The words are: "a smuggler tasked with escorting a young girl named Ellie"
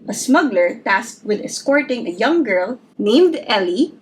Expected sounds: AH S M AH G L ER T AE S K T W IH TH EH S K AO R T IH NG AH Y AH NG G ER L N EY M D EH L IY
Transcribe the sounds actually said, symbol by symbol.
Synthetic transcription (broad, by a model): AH S M AH G L ER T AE S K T W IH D EH S K AO R T IH NG AH Y AH NG G ER L N EY M D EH L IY